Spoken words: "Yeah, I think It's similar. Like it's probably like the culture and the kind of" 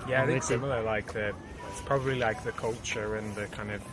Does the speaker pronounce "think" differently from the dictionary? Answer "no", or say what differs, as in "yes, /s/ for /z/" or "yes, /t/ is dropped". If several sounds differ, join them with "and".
yes, /ŋ/ is dropped